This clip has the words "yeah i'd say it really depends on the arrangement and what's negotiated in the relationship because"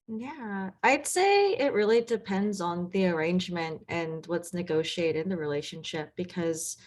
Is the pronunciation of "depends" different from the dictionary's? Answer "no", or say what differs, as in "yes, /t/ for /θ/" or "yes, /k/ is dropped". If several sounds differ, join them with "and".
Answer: no